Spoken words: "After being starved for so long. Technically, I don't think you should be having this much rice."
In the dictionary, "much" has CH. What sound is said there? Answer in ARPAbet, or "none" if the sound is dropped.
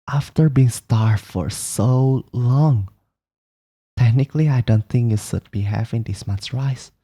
S